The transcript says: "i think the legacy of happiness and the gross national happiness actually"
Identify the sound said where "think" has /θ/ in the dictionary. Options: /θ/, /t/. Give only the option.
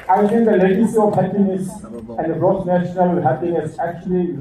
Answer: /t/